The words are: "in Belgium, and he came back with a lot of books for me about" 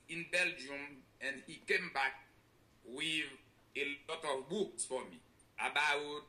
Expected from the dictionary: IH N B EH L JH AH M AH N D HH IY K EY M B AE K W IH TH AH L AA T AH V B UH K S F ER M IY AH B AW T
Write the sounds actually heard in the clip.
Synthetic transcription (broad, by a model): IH N B EH L JH AH M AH N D HH IY K EY M B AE K W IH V AH L AA T AH V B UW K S F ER M IY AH B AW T